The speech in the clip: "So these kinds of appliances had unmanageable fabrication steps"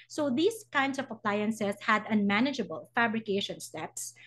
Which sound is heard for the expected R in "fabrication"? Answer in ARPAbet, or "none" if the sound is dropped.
R